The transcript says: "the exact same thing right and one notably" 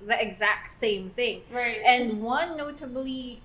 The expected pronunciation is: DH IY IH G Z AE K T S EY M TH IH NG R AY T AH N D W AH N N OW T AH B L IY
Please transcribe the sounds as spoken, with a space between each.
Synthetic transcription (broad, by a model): DH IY IH G Z AE K T S EY M TH IH NG R AY T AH N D W AH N N OW T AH B L IY